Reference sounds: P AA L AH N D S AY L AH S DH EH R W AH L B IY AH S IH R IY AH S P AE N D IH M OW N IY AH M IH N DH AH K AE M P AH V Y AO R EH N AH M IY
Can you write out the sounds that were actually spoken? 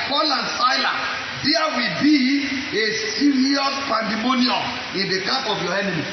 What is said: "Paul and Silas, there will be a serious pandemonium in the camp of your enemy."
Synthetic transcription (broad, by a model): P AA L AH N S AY L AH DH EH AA W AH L B IY AH S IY R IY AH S P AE N D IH M OW N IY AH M IH N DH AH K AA P AH V Y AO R EH N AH M IY